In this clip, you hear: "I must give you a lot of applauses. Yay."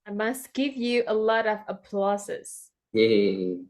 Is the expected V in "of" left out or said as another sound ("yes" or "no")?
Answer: no